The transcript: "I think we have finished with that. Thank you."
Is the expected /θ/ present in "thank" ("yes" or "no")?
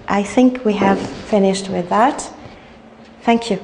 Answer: yes